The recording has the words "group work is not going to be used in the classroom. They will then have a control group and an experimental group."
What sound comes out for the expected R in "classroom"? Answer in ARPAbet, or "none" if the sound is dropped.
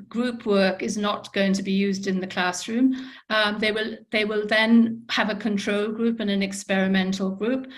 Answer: R